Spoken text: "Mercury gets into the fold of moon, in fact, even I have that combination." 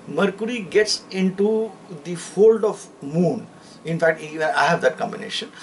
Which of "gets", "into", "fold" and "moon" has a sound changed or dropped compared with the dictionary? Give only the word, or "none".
none